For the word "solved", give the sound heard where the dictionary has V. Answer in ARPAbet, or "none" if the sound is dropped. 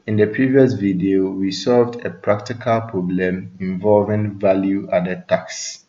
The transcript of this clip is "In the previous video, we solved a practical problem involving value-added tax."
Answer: V